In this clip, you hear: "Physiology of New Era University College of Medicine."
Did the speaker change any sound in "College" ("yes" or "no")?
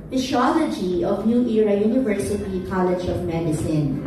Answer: no